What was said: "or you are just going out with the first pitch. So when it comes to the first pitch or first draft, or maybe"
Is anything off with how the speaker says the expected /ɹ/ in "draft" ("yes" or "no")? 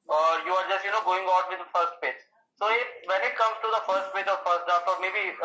yes